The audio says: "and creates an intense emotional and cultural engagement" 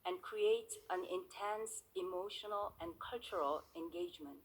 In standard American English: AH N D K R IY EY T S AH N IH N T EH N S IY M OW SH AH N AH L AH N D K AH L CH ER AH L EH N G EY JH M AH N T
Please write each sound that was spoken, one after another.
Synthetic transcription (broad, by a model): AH N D K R IY EY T AH N IH N T EH N S IY M OW SH AH N AH L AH N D K AH L CH ER AH L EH N G EY JH M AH N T